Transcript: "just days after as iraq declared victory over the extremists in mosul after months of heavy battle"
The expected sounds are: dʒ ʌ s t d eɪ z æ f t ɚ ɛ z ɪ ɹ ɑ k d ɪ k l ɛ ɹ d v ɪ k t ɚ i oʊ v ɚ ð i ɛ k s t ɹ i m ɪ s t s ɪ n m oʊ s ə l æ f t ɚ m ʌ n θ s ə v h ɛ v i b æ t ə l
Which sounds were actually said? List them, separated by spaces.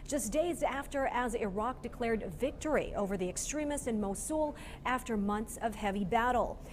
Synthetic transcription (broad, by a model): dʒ ʌ s d eɪ z æ f t ɚ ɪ z ɪ ɹ ɑ k d ɪ k l ɛ ɹ d v ɪ k t ɚ i oʊ v ɚ ð i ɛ k s t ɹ i m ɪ s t ɪ n m oʊ s ə l æ f t ɚ m ʌ n θ s ə v h ɛ v i b æ t l